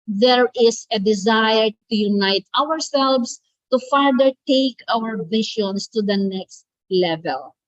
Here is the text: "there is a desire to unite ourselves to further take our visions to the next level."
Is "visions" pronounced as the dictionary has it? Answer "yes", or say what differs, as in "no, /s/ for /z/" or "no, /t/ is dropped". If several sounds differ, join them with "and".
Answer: no, /ʃ/ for /ʒ/ and /s/ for /z/